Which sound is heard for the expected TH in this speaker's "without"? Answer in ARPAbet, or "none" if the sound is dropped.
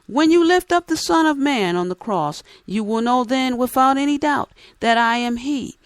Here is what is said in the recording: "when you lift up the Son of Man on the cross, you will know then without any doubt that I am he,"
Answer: TH